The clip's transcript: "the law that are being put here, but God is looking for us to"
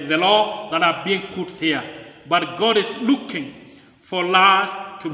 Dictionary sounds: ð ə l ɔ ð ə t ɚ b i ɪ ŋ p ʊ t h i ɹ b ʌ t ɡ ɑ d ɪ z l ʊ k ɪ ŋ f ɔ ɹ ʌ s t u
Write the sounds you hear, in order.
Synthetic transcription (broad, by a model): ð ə l ɔ ð ə t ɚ b i ɪ ŋ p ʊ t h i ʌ b ʌ t ɡ ɑ d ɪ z l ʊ k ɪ ŋ f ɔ l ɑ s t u